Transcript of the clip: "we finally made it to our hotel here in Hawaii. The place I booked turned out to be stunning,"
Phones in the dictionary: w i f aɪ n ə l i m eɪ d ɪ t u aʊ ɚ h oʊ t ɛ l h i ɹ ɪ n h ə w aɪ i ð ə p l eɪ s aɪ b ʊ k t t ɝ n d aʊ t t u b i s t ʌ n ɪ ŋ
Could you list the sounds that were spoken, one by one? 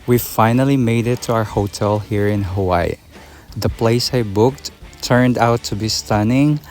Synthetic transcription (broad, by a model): w i f aɪ n ə l i m eɪ d ɪ t u aʊ ɚ h oʊ t ɛ l h i ɹ ɪ n h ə w aɪ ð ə p l eɪ s aɪ b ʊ k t t ɝ n d aʊ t t u b i s t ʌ n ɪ ŋ